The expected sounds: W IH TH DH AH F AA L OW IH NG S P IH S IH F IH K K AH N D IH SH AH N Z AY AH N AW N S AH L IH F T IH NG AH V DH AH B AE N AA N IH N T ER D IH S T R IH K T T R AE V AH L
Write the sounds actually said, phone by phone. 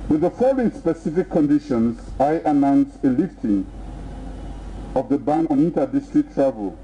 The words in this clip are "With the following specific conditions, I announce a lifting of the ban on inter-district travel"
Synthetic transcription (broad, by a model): W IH DH AH F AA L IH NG S P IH S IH F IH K K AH N D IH SH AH N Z AY AH N AW N S AH L IH F T IH NG AH V DH AH B AE N AA N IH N T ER D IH S T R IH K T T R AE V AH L